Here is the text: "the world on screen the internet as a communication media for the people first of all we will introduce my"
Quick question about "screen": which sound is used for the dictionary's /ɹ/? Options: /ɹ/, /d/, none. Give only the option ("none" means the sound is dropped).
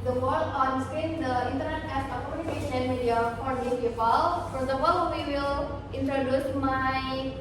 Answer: none